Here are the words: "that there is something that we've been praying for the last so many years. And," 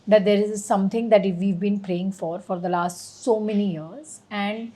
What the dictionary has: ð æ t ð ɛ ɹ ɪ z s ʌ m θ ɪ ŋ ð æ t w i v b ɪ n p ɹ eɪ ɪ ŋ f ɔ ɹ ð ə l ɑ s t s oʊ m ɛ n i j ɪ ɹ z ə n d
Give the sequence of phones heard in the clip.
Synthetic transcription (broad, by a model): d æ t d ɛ ɹ ɪ z s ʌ m t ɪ ŋ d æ t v i v b ɪ n p ɹ eɪ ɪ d f ɔ ɹ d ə l ɑ s t s oʊ m ɛ n i j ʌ ɹ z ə n d